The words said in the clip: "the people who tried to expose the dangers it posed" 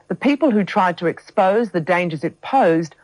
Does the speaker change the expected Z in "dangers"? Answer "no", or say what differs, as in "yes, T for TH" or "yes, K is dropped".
no